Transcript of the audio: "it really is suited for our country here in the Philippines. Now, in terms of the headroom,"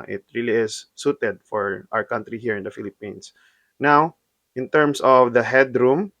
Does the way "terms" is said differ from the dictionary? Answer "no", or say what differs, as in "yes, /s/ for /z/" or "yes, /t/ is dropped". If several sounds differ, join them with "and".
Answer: yes, /s/ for /z/